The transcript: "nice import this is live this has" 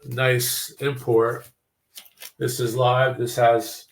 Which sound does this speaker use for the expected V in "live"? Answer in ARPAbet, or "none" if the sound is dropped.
V